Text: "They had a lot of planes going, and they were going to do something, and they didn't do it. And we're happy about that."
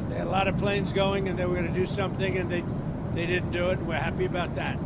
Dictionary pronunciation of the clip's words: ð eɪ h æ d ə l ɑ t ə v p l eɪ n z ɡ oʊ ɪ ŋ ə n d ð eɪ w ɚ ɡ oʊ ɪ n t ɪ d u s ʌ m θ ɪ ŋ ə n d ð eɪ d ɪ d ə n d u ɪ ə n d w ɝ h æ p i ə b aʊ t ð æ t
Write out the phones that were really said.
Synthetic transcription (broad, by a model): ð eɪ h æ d ə l ɑ t ə v p l eɪ n z ɡ oʊ ɪ ŋ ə n ð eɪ w ɚ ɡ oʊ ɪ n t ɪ d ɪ s ʌ m θ ɪ ŋ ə n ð ð eɪ d ɪ d n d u ɪ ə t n w ɝ h æ p i ə b aʊ t ð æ t